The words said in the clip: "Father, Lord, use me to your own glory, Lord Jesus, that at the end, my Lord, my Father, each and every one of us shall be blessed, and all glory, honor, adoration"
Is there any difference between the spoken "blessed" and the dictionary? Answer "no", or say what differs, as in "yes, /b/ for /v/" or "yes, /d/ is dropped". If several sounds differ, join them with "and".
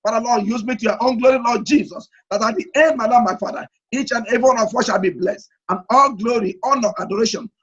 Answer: no